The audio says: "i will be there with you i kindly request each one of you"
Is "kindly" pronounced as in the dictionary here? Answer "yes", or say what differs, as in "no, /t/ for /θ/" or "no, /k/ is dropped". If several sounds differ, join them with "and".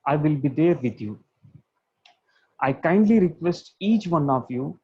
yes